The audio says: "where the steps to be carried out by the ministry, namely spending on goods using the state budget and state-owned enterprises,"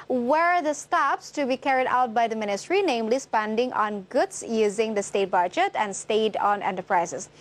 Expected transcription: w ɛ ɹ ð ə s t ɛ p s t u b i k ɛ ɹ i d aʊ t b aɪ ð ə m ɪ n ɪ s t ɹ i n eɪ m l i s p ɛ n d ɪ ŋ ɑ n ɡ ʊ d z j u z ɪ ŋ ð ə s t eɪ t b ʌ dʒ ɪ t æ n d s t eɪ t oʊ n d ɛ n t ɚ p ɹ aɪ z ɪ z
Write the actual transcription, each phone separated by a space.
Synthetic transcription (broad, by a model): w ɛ ɹ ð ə s t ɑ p s t u b i k ɛ ɹ i d aʊ t b aɪ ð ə m ɪ n ɪ s t ɹ i n eɪ m l i s p ɛ n d ɪ ŋ ɑ n ɡ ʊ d s j u z ɪ ŋ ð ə s t eɪ t b ʌ dʒ ɪ t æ n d s t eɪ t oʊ n ɛ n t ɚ p ɹ aɪ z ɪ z